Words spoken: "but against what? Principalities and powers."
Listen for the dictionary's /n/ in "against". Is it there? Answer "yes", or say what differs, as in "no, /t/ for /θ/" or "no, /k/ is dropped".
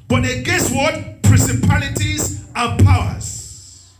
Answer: no, /n/ is dropped